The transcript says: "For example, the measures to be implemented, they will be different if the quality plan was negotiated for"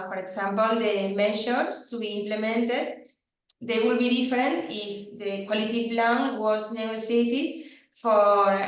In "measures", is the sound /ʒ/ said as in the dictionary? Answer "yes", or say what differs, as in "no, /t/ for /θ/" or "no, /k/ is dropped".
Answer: no, /ʃ/ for /ʒ/